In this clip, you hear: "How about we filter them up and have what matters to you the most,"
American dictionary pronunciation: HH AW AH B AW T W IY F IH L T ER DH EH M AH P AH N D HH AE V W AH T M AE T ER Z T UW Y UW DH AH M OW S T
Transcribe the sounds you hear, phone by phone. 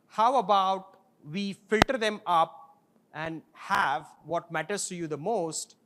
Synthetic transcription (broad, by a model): HH AW AH B AW T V IY F IH L T ER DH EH M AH P AH N D HH AE V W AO T M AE T ER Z T UW Y UW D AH M OW S T